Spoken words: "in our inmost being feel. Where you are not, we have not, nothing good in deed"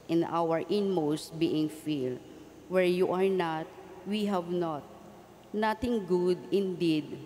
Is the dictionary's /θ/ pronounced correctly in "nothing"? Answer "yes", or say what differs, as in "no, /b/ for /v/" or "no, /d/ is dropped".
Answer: no, /t/ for /θ/